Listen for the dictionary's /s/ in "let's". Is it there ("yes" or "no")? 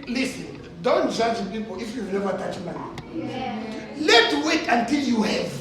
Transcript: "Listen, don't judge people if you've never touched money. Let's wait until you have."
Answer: no